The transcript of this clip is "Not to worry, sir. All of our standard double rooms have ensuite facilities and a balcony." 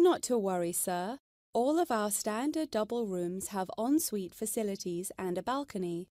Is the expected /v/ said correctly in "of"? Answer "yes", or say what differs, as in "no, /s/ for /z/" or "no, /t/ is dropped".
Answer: yes